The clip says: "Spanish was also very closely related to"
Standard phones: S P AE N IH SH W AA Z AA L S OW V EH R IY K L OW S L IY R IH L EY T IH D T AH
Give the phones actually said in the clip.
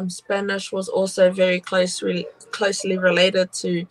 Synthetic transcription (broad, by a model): S P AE N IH SH W AA Z AA L S OW V EH R IY K L OW S L IY R IH L EY T IH D T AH